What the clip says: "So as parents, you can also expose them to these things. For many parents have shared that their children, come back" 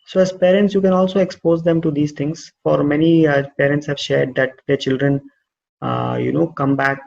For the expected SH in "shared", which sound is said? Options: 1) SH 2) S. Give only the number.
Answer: 1